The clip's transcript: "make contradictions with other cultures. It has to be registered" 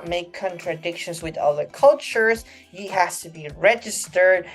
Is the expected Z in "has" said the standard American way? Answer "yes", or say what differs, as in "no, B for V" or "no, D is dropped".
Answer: no, S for Z